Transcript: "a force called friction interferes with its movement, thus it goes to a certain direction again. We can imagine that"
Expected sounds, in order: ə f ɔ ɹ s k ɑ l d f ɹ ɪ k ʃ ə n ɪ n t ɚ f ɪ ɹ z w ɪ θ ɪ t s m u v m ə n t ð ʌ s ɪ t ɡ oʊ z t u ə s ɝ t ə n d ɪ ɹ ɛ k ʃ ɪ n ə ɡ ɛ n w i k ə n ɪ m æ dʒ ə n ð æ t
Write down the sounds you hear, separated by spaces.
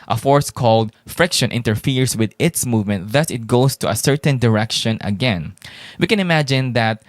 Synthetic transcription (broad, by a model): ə f ɔ ɹ s k ɑ l d f ɹ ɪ k ʃ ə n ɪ n t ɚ f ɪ ɹ s w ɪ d ɪ t s m u v m ə n t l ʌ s ɪ t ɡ oʊ s t u ə s ɝ t ə n d ɪ ɹ ɛ k ʃ ɪ n ə ɡ ɛ n w i k ə n ɪ m æ dʒ ə n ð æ t